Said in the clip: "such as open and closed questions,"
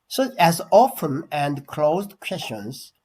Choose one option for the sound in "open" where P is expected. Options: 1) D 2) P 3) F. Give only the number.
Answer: 3